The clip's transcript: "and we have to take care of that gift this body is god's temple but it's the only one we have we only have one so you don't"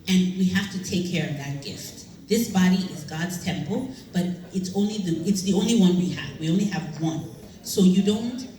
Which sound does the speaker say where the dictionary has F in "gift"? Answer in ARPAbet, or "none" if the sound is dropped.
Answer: F